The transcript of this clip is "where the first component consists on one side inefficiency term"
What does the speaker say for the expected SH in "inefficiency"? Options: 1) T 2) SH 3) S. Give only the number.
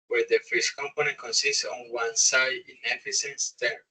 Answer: 3